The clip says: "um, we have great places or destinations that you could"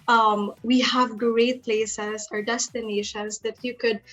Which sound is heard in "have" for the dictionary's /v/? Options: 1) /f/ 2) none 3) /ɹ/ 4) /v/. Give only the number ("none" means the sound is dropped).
4